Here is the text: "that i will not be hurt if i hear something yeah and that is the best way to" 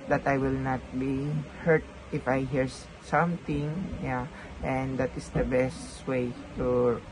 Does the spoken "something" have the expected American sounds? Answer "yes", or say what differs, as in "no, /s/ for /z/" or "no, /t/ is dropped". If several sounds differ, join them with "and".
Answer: no, /t/ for /θ/